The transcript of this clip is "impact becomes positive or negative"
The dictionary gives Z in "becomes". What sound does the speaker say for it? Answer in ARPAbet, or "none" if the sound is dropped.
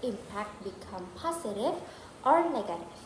none